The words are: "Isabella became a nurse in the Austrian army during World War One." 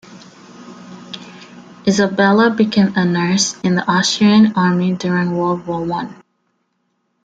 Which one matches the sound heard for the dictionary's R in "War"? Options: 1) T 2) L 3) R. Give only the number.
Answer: 2